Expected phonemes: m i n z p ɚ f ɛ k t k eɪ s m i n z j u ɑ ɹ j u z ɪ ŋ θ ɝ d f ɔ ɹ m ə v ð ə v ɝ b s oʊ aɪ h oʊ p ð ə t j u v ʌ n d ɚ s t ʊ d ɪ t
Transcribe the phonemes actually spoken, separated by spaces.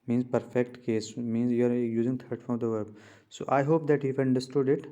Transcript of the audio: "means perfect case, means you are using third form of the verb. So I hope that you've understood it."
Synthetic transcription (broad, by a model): m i n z p ɚ f ɛ k t k eɪ s m i n z j u ɑ ɹ j u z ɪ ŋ t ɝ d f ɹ ə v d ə v ɝ b s oʊ aɪ h oʊ p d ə t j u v ʌ n d ɚ s t ʊ d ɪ t